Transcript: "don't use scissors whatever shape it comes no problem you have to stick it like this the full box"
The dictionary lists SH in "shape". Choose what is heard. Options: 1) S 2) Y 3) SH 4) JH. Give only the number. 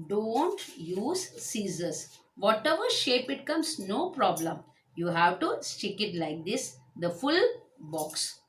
3